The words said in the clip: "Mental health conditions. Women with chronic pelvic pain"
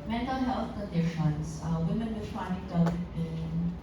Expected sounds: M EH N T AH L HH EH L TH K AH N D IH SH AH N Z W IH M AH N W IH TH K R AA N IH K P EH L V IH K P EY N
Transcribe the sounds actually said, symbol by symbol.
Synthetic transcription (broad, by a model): M EH N T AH L HH EH L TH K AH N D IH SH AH N S W IH M AH N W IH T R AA IH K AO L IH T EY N